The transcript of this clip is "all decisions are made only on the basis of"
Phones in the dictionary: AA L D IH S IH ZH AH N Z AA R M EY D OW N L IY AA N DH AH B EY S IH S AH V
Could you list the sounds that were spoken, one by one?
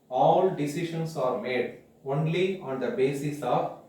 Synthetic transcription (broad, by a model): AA L D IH S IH SH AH N S AA R M EY D OW N L IY AA N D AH B EY S IH S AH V